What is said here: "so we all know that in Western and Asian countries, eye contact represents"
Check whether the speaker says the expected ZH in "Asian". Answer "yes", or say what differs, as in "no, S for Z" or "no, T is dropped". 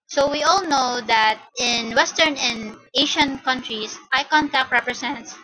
no, SH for ZH